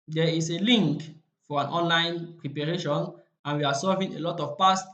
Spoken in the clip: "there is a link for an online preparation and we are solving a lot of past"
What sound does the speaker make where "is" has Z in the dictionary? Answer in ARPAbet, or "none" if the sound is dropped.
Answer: S